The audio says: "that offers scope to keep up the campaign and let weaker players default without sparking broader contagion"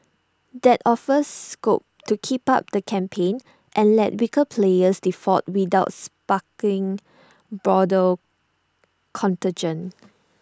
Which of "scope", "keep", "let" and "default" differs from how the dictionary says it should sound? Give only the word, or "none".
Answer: default